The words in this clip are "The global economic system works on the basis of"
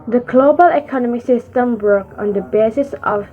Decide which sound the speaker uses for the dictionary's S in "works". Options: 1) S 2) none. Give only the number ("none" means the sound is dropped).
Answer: 2